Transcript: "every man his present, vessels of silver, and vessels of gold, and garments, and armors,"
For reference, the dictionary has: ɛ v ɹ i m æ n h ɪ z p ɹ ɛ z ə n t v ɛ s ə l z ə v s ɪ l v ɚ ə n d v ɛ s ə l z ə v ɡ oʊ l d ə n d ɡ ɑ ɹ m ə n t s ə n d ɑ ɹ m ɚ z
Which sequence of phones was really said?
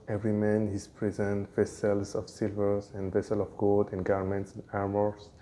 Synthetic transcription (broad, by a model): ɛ v ɹ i m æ n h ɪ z p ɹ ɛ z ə n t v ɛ s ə l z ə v s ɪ l v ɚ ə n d v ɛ s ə l ə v ɡ oʊ l d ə n ɡ ɑ ɹ m ə n t s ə n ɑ ɹ m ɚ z